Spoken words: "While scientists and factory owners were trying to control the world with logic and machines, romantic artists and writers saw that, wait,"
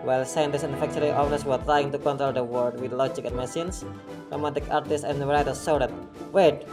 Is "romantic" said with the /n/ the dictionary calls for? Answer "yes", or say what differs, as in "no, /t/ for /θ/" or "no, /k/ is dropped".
no, /n/ is dropped